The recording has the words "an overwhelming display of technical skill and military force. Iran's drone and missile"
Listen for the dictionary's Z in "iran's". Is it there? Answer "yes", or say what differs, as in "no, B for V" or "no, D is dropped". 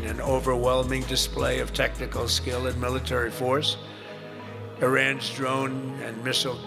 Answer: yes